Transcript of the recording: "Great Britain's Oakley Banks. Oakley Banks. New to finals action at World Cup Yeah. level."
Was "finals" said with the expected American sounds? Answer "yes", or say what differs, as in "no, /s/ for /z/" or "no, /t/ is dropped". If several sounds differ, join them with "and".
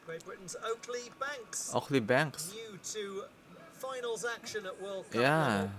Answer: yes